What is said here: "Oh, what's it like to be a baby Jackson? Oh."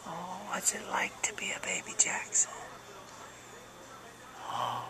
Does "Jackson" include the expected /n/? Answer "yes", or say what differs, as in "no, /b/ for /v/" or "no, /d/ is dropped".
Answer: no, /n/ is dropped